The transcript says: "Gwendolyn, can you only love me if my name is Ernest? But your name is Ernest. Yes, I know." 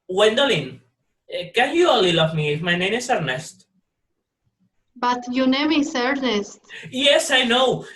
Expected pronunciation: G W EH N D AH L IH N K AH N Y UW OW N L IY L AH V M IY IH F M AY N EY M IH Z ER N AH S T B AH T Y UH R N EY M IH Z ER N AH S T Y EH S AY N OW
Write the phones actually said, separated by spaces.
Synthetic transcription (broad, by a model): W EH N D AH L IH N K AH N Y UW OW L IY L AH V M IY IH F M AY N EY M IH S ER N AH S T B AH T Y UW N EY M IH S ER N AH S T Y EH S AY N OW